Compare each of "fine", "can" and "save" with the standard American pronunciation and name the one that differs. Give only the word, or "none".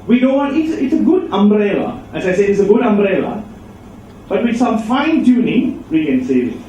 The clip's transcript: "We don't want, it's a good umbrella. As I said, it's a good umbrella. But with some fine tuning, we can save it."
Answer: save